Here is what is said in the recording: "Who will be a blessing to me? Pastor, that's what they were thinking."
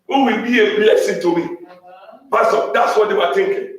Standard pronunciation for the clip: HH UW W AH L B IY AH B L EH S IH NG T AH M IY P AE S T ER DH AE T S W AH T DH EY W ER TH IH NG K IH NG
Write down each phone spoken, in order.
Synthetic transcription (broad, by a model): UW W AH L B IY AH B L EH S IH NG T AH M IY B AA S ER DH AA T S W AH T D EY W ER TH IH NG K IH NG